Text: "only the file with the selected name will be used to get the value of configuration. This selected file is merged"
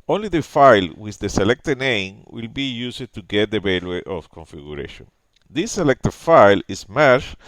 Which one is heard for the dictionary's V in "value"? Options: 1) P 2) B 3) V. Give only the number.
2